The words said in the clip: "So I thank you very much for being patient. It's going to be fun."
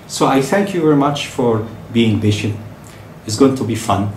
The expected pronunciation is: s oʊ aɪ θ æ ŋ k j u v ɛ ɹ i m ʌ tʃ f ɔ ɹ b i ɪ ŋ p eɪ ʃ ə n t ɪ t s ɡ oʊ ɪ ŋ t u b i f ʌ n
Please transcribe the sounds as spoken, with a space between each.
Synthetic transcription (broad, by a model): s oʊ aɪ θ æ ŋ k j u v ɛ ɹ i m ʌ tʃ f ɔ ɹ b i ɪ ŋ b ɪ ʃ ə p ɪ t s ɡ oʊ ɪ ŋ t u b i f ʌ n